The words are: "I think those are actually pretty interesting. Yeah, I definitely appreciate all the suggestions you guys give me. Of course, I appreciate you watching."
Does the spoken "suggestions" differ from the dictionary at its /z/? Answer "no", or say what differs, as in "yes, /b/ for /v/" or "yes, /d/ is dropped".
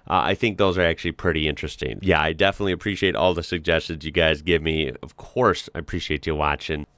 no